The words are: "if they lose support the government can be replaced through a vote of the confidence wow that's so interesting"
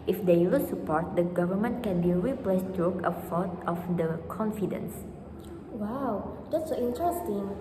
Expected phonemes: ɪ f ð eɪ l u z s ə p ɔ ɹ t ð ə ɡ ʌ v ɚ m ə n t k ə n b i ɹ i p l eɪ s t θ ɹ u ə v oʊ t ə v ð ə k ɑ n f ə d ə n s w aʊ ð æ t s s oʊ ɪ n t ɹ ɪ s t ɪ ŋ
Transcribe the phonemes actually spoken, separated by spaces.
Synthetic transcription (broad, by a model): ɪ f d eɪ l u s ə p ɔ ɹ t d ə ɡ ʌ v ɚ m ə n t k ə n b i ɹ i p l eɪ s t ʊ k ə f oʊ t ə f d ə k ɑ n f ə d ə n s w aʊ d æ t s s oʊ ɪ n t ɹ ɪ s t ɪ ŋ